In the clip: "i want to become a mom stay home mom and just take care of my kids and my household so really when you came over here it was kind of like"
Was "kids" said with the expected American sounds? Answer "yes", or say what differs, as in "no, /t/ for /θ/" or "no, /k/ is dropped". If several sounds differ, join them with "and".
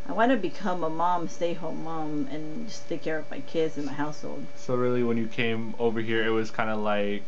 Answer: yes